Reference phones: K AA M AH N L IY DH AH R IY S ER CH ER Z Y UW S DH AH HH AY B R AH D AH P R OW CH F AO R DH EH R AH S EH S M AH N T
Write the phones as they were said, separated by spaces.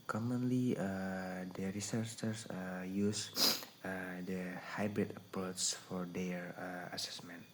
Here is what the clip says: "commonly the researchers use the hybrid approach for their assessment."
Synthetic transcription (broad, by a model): K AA M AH N L IY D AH R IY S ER S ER S Y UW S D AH HH AY B R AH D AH P R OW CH F AO R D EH R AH S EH S M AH N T